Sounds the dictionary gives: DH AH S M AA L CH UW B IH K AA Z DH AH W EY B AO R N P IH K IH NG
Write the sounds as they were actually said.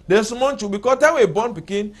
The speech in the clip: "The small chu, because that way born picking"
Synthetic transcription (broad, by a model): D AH S M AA N CH UW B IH K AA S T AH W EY B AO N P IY K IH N